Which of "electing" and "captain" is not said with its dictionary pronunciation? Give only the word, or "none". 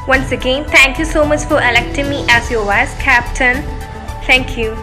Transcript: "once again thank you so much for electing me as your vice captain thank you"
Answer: none